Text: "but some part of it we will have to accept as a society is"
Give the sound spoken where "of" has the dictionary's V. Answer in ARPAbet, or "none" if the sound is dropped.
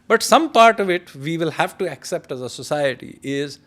V